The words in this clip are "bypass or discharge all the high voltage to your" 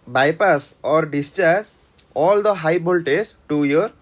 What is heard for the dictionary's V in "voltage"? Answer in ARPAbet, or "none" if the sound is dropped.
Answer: B